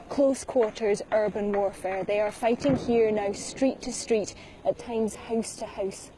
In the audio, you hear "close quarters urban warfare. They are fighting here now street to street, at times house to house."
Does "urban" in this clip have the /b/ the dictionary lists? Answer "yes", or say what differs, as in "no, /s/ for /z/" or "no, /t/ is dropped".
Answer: yes